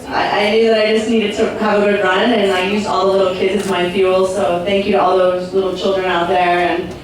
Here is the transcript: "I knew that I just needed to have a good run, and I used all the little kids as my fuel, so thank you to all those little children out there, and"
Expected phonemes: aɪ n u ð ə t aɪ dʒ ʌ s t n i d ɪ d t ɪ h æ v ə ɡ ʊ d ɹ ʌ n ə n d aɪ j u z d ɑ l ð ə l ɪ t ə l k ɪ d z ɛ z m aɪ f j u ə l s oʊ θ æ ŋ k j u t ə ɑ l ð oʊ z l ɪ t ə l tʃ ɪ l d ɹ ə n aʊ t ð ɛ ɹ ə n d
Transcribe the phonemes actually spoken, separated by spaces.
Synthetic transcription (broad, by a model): aɪ n u ð ə t aɪ dʒ ʌ s t n i d ɪ d t ɪ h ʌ v ə ɡ ʊ d ɹ ʌ n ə n aɪ j u z ɑ l ð ə l ɪ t l k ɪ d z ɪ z m aɪ f j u l s oʊ θ æ ŋ k j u t ə ɑ l ð oʊ z l ɪ t l tʃ ɪ l d ɹ ə n aʊ t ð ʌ ɹ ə n